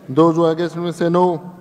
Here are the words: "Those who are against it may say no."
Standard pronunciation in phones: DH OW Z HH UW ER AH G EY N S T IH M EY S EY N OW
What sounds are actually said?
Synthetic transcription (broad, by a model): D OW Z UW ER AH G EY S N IH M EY S EY N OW